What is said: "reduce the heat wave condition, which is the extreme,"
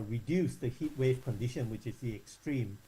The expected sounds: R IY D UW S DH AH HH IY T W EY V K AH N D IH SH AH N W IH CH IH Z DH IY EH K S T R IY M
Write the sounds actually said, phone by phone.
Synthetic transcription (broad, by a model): R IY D UW S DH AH HH IY T W EY V K AH N D IH SH AH N W IH CH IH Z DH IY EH K S T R IY M